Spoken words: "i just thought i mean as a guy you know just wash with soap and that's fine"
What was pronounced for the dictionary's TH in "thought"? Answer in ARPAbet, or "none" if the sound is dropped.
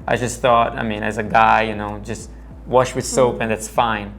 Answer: TH